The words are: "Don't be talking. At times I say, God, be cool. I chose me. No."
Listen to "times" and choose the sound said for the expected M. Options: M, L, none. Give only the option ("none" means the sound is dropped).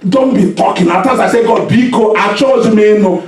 none